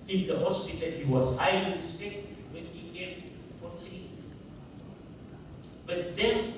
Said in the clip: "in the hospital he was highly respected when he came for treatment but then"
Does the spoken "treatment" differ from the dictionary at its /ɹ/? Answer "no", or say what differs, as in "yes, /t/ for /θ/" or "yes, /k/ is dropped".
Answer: yes, /ɹ/ is dropped